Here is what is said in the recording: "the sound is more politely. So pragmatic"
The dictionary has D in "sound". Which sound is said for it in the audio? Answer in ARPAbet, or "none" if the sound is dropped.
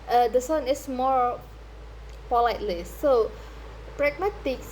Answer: none